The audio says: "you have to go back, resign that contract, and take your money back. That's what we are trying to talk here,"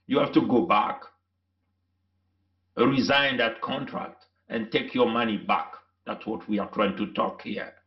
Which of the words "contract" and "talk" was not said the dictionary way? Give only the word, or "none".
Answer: none